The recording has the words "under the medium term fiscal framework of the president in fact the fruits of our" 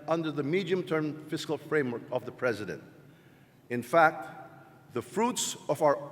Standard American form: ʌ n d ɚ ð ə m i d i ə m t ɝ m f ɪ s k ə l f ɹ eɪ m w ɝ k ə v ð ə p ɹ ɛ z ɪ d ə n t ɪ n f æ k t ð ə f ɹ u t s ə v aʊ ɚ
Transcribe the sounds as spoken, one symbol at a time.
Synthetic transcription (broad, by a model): ʌ n d ɚ ð ə m i d i ə m t ɝ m f ɪ s k l f ɹ eɪ m w ɝ k ə v ð ə p ɹ ɛ z ɪ d ə n t ɪ n f æ k t ð ə f ɹ u t s ə v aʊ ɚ